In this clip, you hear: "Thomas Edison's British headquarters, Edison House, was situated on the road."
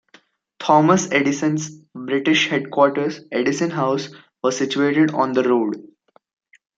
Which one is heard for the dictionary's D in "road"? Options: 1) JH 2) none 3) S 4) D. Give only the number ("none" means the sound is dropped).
4